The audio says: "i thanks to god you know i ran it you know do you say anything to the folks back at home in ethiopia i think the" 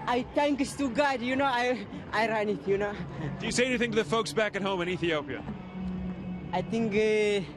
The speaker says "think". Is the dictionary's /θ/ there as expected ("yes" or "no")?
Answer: no